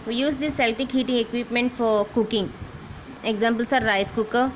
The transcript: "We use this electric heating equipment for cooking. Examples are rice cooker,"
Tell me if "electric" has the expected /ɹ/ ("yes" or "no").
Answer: no